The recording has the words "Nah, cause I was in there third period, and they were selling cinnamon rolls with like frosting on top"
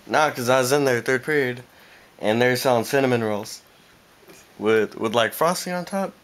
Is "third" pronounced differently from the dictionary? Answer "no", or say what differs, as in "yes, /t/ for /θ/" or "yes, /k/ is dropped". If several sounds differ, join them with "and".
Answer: no